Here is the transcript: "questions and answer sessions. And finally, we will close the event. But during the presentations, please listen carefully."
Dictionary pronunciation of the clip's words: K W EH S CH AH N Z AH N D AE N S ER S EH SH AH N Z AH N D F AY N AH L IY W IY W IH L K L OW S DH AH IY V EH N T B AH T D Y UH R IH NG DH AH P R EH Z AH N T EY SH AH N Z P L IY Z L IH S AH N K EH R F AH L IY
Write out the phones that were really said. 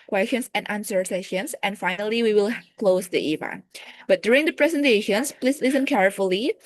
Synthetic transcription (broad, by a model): K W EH S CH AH N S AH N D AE N S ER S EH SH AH N S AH N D F AY N AH L IY W IY W IH L K L OW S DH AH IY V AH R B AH T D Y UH R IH NG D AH P R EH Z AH N T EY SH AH N S P L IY S L IH S AH N K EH R F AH L IY